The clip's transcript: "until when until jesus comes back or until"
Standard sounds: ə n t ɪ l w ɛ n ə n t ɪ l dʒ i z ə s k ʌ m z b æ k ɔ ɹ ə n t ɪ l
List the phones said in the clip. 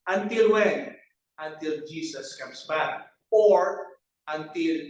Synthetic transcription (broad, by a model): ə n t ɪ l w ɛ n ə n t ɪ l dʒ i s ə s k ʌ m s b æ k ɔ ɹ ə n t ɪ l